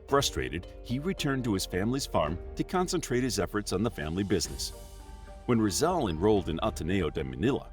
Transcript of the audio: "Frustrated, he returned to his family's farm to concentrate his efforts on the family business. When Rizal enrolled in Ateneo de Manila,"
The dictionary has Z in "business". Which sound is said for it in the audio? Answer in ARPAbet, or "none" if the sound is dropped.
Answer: Z